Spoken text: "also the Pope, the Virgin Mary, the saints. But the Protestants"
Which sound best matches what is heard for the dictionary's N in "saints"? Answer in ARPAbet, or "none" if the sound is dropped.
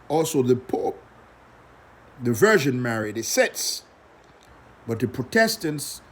none